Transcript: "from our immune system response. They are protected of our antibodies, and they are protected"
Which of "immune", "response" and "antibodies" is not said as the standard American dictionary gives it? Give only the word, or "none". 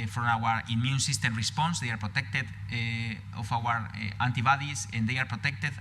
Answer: antibodies